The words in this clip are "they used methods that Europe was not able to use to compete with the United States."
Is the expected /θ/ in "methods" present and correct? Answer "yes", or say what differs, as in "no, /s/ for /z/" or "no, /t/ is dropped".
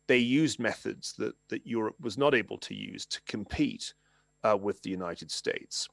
yes